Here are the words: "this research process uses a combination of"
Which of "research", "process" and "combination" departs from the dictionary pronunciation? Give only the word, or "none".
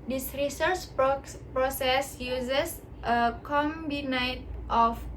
combination